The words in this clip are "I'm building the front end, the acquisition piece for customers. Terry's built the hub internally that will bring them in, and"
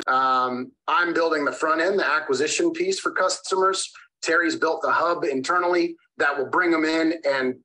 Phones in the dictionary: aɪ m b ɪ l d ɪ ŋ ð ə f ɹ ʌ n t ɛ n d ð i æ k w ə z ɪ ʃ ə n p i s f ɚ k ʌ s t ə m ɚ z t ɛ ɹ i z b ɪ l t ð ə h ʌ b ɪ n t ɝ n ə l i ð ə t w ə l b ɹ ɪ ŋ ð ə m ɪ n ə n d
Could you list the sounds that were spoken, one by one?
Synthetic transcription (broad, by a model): aɪ m b ɪ l d ɪ ŋ ð ə f ɹ ʌ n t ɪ n ð i æ k w ə z ɪ ʃ ə n p i s f ɚ k ʌ s t ə m ɚ z t ɛ ɹ i z b ɪ l t ð ə h ʌ b ɪ n t ɝ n l i ð ə t w ə l b ɹ ɪ ŋ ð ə m ɪ n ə n